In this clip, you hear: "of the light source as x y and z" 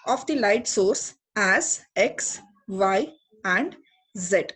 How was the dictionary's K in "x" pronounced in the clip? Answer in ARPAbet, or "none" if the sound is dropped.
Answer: K